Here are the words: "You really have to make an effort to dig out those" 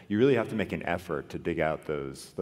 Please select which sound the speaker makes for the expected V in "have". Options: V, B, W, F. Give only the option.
F